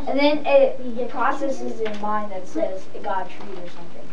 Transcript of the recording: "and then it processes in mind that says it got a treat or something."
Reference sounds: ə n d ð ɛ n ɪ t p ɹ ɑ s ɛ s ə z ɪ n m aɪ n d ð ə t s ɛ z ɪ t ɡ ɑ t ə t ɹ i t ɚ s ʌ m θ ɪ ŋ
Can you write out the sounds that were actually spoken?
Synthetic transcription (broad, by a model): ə n ð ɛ n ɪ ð p ɹ ɑ s ɛ s ə z ɪ n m aɪ n ð ə t s ɛ z ɪ t ɡ ɑ t ə t ɹ i t ɚ s ʌ m θ ɪ ŋ